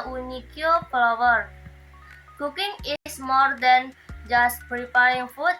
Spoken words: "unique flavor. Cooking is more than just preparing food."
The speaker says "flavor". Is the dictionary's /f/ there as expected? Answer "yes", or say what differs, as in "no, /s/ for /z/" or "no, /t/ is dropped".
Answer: no, /p/ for /f/